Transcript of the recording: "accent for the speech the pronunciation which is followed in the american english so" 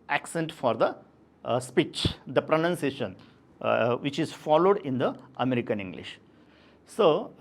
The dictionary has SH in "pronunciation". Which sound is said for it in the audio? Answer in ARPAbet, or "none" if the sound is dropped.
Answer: SH